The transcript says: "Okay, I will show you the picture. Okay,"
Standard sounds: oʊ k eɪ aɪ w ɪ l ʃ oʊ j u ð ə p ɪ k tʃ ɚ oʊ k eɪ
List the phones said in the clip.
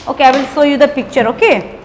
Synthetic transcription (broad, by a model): oʊ k eɪ aɪ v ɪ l s oʊ j u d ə p ɪ k tʃ ɚ oʊ k eɪ